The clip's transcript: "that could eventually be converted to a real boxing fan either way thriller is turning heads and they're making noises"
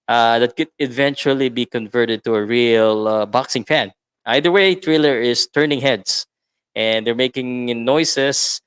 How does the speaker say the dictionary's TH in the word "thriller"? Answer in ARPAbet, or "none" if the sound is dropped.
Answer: T